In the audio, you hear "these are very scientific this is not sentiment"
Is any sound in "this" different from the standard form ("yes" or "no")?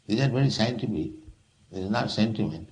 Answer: yes